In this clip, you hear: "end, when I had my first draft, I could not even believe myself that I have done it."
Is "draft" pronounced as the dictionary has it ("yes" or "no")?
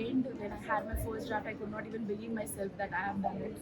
no